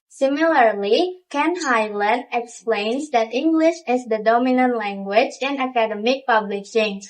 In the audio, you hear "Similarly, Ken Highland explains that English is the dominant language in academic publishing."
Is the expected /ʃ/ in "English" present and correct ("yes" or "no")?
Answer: yes